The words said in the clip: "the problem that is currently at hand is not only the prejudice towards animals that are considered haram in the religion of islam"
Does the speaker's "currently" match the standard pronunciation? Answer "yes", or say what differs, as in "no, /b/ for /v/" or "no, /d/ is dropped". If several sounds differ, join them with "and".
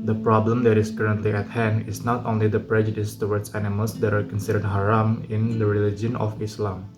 yes